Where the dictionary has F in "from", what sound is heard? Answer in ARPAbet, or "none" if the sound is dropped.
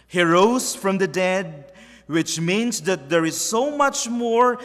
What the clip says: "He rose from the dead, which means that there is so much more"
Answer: F